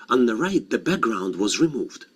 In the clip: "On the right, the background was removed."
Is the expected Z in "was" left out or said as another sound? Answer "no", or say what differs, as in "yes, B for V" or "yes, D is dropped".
no